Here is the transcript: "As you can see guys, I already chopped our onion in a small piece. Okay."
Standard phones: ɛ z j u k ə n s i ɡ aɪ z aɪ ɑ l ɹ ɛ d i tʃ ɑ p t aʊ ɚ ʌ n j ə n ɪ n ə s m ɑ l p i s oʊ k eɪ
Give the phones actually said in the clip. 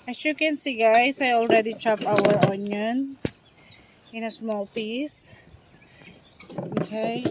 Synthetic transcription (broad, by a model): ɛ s j u k ə n s i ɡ aɪ s aɪ ɑ l ɹ ɛ d i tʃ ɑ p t aʊ ɚ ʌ n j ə n ɪ n ə s m ɑ l p i s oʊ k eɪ